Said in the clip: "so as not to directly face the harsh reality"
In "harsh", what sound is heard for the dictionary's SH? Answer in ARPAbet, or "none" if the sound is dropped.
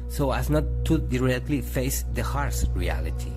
S